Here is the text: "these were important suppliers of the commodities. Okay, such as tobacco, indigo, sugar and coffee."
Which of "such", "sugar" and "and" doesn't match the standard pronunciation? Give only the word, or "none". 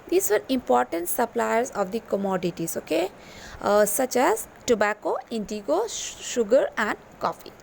none